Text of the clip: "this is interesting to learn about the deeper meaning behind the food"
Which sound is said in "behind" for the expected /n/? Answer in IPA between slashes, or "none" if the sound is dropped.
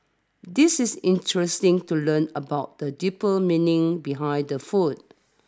none